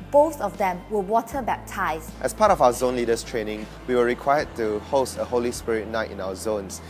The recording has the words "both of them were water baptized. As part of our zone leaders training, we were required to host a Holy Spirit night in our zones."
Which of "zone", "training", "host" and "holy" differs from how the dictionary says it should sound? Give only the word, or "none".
none